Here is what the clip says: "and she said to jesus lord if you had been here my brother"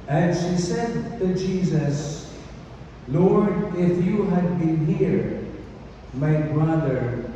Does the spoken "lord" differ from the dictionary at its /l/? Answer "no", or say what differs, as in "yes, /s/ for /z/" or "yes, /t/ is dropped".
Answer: no